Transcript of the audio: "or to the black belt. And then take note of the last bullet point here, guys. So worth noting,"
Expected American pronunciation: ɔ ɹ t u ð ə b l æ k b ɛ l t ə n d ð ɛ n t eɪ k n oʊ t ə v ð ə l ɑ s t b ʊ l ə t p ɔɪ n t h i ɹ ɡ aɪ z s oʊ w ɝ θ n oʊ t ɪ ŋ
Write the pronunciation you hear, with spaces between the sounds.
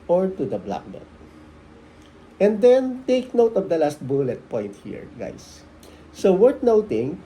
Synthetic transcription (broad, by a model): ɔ ɹ t u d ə b l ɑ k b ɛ t ə n d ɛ n t eɪ k n oʊ t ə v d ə l ɑ s t b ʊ l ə t p ɔɪ n t h i ɹ ɡ aɪ s oʊ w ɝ t n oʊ t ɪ ŋ